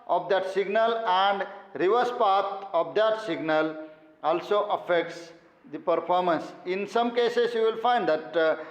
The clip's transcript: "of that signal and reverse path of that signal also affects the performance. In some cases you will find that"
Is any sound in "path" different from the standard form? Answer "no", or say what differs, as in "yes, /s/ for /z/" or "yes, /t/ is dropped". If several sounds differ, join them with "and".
yes, /t/ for /θ/